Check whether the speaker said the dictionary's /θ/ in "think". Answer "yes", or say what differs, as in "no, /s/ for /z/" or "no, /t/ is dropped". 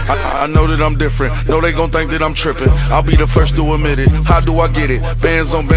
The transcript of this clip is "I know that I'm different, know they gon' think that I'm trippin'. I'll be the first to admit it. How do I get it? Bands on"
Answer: yes